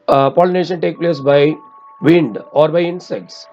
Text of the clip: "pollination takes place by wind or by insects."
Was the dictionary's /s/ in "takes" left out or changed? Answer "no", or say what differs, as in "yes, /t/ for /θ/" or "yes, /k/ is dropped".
yes, /s/ is dropped